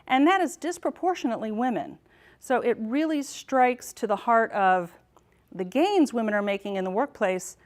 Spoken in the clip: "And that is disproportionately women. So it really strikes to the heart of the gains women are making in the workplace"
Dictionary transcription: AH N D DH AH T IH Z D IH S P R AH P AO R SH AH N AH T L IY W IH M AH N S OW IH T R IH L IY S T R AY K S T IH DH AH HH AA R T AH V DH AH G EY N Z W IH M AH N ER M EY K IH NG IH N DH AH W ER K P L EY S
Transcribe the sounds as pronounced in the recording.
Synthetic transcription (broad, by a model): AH N DH AH T IH Z D IH S P R AH P AO R SH AH N AH T L IY W IH M AH N S OW IH T R IH L IY S T R AY K S T IH DH AH HH AA R T AH V DH AH G EY N Z W IH M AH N ER M EY K IH NG IH N DH AH W ER K P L EY S